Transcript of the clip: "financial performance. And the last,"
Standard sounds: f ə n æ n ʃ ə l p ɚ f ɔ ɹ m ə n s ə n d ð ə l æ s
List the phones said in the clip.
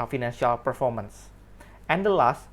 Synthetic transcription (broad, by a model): f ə n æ n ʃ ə l p ɚ f ɔ ɹ m ə n s ə n d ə l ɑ s